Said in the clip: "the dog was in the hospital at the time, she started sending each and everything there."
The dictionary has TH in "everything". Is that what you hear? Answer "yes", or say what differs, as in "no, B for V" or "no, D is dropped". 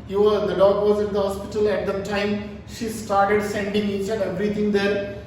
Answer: no, T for TH